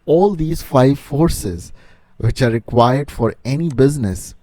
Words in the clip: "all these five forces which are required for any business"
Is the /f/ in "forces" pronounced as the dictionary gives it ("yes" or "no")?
yes